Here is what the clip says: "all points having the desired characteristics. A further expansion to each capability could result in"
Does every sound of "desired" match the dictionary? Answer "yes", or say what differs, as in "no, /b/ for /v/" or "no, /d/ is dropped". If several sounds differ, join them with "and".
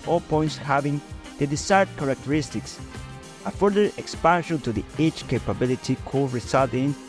no, /s/ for /z/